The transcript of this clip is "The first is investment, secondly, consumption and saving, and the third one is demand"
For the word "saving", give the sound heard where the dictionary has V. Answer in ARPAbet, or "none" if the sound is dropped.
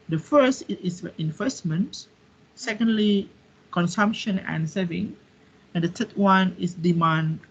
V